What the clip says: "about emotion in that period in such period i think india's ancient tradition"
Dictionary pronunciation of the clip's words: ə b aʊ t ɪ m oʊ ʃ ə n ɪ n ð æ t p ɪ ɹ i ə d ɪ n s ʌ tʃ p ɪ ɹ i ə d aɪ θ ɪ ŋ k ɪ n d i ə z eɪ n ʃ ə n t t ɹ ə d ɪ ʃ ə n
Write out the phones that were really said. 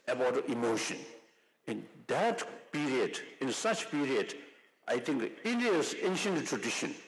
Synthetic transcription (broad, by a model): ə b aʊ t ɪ m oʊ ʃ ə n ɪ n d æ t p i ɹ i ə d ɪ n s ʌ tʃ p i ɹ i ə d aɪ t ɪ ŋ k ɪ n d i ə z eɪ n ʃ ə n t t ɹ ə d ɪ ʃ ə n